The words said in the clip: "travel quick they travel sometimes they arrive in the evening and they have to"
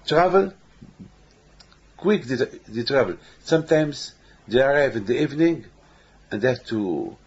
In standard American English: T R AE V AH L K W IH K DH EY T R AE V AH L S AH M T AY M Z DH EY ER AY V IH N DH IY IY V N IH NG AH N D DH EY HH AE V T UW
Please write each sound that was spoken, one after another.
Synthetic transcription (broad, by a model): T R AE V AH L K W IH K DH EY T R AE V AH L S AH M T AY M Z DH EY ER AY V IH N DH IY IY V N IH NG AH N D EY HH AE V T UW